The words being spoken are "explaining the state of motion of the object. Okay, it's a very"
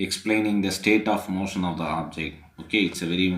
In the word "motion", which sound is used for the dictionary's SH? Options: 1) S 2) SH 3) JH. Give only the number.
2